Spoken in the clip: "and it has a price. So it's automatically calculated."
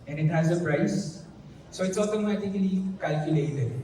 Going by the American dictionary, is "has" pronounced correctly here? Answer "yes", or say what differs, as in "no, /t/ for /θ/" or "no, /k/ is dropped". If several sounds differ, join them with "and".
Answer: yes